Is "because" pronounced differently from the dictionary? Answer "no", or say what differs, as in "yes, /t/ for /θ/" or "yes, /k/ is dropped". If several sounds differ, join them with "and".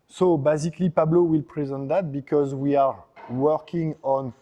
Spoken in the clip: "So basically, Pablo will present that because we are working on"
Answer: no